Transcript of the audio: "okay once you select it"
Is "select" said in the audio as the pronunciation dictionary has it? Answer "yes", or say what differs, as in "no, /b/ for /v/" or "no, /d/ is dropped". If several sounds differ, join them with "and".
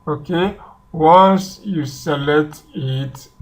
no, /k/ is dropped